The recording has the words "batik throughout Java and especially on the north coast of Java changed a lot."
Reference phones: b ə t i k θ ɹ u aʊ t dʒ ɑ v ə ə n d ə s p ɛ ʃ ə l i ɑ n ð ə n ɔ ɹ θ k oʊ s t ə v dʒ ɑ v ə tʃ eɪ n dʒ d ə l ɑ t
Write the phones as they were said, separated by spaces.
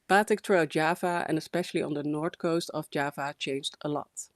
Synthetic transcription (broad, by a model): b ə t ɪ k t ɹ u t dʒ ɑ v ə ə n ə s p ɛ ʃ ə l i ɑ n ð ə n ɔ ɹ t k oʊ s t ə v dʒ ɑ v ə tʃ eɪ n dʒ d ə l ɑ t